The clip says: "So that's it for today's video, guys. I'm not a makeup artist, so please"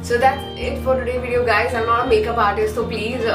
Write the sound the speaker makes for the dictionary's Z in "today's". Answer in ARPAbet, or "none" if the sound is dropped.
none